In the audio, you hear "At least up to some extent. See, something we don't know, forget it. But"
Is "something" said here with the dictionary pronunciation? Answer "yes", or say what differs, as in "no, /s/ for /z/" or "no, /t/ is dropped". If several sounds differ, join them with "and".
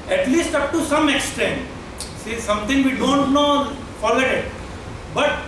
no, /t/ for /θ/